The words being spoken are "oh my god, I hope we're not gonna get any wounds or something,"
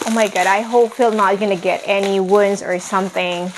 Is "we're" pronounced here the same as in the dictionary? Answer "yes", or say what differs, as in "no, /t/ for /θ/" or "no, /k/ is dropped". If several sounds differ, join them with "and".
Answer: no, /l/ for /ɹ/